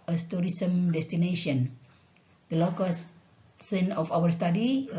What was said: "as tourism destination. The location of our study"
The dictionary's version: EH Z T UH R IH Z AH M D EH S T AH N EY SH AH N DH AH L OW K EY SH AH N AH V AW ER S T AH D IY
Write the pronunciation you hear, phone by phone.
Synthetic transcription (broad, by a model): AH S T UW R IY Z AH M D EH S T AH N EY SH AH N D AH L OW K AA S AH N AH F AW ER S T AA D IY